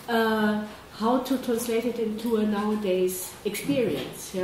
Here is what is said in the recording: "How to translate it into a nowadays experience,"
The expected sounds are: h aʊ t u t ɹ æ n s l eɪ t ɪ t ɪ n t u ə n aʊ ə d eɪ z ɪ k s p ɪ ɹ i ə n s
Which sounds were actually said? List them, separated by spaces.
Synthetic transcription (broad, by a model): h aʊ t u t ɹ æ n s l eɪ t ɪ t ɪ n t u ə n aʊ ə d eɪ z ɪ k s p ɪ ɹ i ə n s